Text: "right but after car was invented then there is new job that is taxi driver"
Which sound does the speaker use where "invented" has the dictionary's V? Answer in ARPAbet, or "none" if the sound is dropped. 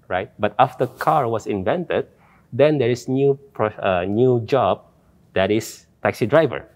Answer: V